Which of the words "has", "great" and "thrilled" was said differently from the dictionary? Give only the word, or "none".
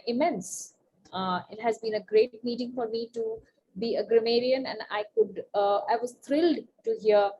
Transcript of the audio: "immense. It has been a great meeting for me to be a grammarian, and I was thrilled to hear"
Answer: thrilled